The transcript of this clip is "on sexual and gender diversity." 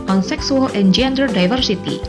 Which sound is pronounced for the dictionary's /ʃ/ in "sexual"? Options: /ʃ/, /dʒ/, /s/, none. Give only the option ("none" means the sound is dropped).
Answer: /s/